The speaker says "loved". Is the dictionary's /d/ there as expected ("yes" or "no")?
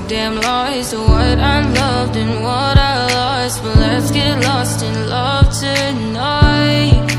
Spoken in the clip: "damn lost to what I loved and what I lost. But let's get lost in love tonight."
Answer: yes